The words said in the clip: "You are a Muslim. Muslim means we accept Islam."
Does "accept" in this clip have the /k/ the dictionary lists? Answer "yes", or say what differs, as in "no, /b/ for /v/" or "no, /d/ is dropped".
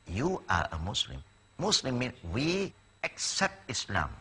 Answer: yes